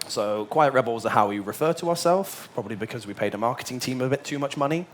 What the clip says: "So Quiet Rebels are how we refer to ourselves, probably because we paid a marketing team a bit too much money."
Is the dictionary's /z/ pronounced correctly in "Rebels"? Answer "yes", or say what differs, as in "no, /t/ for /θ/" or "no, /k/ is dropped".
yes